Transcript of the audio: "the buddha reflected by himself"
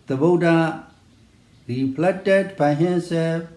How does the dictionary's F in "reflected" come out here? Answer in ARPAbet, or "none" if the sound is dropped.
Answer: P